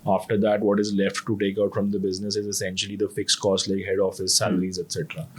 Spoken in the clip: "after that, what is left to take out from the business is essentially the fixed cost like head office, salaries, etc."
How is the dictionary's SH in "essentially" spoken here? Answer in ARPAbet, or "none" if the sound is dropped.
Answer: SH